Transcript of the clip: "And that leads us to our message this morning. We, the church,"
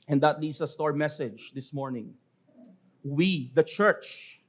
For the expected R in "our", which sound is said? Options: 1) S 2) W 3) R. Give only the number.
3